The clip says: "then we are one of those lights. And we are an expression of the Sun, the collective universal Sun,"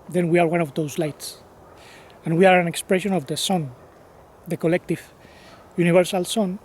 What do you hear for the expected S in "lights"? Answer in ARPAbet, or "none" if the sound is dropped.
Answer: S